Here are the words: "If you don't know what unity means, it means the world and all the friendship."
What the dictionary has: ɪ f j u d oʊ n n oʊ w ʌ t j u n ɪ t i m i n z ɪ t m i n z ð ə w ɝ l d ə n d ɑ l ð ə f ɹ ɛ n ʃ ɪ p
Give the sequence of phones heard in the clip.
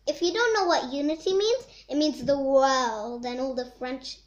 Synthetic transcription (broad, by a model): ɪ f j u d oʊ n n oʊ w ʌ t j u n ɪ t i m i n z ɪ t m i n z ð ə w ɝ l d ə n ɑ l ð ə f ɹ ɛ n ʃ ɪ